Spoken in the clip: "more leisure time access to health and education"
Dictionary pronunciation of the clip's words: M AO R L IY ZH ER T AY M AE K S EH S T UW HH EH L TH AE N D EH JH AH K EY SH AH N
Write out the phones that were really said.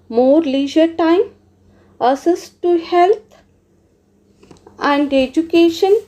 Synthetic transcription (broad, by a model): M AO R L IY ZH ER T AY M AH S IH S T UW HH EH L T AE N D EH JH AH K EY SH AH N